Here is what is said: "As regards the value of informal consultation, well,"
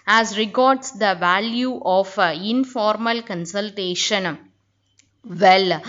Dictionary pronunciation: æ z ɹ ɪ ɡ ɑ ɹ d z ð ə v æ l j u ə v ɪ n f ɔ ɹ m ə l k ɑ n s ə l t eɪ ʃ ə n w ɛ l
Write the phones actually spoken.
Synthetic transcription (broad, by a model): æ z ɹ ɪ ɡ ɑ ɹ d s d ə v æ l j u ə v ɪ n f ɔ ɹ m ə l k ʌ n s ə l t eɪ ʃ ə n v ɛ l